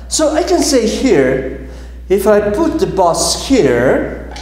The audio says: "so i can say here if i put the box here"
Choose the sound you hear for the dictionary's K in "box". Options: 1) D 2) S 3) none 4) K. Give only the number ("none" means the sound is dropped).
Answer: 3